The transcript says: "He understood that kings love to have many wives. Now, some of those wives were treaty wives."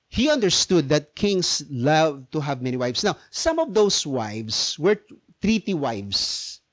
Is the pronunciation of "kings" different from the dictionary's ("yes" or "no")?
yes